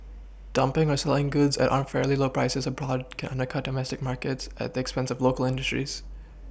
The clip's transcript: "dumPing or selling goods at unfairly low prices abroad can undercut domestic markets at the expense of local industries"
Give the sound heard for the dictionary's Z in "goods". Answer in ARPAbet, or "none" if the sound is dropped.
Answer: Z